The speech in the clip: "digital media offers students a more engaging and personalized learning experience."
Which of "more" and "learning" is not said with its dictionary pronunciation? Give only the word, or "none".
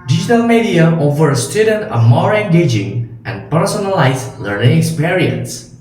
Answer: none